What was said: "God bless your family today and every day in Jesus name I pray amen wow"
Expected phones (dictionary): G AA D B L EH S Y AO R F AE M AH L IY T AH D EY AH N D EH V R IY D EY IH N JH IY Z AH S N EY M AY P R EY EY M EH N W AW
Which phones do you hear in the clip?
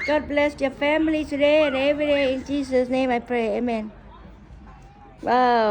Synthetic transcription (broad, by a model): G AA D B L EH S Y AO F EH M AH L IY T AH D EY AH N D EH V R IY D EY IH N JH IY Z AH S N EY M AY P R EY EY M EH N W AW